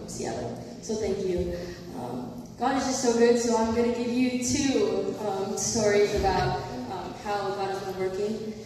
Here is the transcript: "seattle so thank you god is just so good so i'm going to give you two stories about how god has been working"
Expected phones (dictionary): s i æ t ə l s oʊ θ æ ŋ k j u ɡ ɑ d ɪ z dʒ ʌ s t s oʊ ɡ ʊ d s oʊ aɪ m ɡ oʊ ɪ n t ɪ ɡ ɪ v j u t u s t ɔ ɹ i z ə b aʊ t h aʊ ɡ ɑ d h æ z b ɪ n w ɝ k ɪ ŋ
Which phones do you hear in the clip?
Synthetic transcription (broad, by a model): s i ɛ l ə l s oʊ θ æ ŋ k j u ɡ ɑ d ɪ z dʒ ʌ s t s oʊ ɡ ʊ d s oʊ aɪ m ɡ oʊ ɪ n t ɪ ɡ ɪ v j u t u s t ɔ ɹ i z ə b aʊ t h aʊ ɡ ɑ d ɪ z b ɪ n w ɝ k ɪ ŋ